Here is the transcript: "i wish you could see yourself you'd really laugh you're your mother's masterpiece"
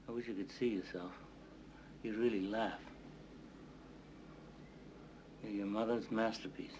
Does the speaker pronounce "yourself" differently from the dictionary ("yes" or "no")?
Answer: no